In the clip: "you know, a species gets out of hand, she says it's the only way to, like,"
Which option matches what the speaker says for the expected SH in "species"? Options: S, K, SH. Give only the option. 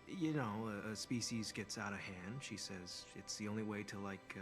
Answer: SH